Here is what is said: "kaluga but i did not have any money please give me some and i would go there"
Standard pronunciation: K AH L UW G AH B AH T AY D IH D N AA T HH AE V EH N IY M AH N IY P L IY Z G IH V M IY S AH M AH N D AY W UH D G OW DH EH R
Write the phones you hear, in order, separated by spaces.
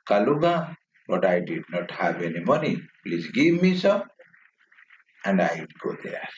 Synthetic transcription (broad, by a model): K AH L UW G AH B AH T AY D IH D N AA T HH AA B EH N IY M AH N IY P L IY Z G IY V M IY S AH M AH N D AY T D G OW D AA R